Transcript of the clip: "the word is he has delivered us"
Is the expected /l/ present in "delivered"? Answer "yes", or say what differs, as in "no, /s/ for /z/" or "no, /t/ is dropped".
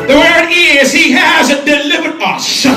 yes